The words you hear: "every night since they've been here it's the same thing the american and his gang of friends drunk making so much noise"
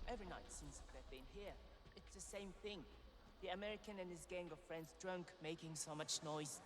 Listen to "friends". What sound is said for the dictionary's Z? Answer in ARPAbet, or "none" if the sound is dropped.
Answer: Z